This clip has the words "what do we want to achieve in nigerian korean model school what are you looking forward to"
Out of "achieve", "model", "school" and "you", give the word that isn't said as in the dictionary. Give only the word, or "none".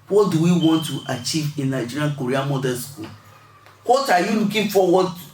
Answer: model